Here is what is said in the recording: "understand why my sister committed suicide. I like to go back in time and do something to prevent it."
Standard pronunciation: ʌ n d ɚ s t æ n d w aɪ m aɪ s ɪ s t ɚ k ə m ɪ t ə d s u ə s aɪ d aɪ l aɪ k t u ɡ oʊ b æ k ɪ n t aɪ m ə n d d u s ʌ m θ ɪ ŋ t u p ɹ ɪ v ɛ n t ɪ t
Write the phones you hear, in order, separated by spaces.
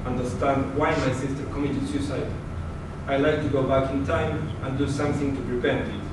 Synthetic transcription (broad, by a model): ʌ n d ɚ s t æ n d w aɪ m aɪ s ɪ s t ɚ k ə m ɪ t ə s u s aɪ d aɪ l aɪ k t u ɡ oʊ b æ k ɪ n t aɪ m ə n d d u s ʌ m θ ɪ ŋ t u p ɹ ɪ p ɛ n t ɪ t